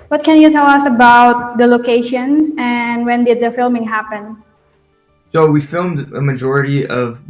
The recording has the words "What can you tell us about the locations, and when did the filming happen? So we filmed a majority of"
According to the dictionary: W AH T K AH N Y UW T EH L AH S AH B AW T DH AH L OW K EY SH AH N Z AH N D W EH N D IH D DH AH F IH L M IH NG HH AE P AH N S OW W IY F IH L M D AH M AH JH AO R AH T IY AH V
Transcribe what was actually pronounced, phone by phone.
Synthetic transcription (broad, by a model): W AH T K AH N Y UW T EH L AH S AH B AW T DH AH L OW K EY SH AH N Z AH N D W EH N D IH D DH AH F IH L M IH NG HH AE P AH N S OW W IY F IH L M D AH M AH JH AO R AH T IY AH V